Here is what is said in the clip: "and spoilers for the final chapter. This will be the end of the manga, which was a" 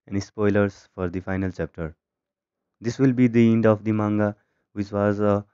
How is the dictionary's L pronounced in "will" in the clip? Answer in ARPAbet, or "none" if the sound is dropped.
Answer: L